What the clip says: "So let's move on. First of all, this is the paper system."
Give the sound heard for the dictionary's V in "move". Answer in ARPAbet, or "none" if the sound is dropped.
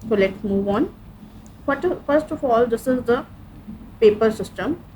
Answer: V